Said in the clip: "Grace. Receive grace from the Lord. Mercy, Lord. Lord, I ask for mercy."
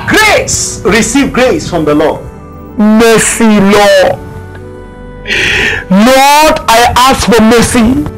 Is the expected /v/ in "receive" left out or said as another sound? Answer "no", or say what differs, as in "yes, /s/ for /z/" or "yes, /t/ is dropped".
no